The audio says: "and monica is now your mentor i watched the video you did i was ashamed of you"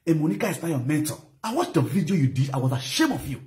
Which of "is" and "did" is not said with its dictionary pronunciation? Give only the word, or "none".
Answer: is